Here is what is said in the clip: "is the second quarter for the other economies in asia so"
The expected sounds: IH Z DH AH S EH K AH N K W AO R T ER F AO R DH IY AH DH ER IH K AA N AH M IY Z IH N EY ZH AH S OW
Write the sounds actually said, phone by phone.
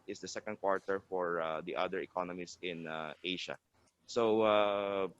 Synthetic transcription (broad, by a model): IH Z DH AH S EH K AH N K W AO R T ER F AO R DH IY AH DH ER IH K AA N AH M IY S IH N EY SH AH S OW